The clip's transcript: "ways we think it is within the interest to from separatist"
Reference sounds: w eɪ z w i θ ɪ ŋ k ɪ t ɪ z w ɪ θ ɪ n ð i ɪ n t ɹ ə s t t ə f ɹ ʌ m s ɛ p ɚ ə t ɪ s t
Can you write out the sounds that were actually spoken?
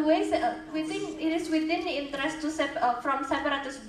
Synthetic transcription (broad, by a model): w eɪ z w i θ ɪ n ɪ t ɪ s w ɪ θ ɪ n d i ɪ n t ɹ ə s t s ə f ɹ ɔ m s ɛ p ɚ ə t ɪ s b